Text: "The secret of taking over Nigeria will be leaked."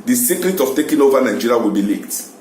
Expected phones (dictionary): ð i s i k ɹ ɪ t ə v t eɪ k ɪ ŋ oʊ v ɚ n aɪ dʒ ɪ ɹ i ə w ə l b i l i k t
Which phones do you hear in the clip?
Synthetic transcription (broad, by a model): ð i s i k ɹ ɪ t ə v t eɪ k ɪ ŋ oʊ v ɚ n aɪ dʒ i ɹ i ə w ə l b i l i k t